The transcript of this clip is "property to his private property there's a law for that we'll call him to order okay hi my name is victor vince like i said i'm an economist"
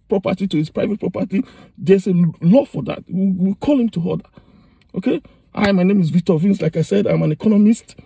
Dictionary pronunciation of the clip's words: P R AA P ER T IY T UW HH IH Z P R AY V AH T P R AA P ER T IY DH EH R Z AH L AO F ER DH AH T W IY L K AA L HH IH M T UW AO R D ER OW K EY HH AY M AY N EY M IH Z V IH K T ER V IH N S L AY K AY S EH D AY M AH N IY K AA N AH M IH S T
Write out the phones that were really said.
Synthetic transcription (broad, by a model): P R AA P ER T IY T UW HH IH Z P R AY V AH T P R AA P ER T IY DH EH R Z AH L AO F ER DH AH T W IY W K AA L HH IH M T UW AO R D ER OW K EY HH AY M AY N EY M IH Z V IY K T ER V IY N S L AY K AY S EH D AY M AH N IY K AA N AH M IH S T